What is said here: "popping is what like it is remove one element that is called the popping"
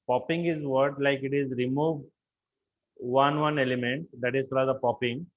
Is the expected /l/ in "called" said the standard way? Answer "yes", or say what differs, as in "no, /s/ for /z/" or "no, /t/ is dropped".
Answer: no, /l/ is dropped